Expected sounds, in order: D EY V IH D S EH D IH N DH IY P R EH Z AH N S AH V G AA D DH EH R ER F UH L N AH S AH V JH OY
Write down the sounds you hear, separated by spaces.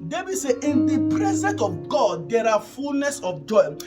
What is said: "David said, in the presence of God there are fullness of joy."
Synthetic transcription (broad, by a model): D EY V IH S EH IH N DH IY P R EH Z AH N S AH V G AA D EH R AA F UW L N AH S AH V JH OY